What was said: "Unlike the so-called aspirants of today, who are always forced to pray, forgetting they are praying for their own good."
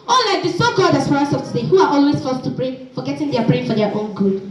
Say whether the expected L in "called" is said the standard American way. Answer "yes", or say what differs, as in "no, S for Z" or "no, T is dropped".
no, L is dropped